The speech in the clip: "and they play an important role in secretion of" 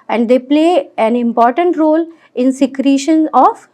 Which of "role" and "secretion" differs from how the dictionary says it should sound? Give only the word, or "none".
none